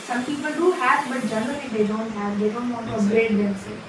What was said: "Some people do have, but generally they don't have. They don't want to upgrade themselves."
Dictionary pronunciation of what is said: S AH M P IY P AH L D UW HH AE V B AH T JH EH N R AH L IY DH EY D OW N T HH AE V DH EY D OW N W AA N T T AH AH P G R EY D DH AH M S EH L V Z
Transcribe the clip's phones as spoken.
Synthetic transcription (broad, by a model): S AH M P IY P AH L D UW HH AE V B AH T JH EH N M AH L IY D EY D OW N T HH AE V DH EY D OW N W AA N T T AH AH G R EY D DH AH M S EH